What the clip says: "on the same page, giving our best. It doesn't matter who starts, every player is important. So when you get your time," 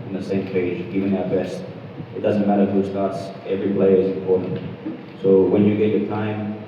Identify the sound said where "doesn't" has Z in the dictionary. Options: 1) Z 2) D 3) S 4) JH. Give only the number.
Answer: 1